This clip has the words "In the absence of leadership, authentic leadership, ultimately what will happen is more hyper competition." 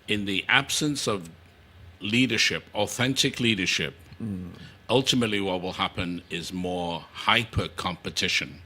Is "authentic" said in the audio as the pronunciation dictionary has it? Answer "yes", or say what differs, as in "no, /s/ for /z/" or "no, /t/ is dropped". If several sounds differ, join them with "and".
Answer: yes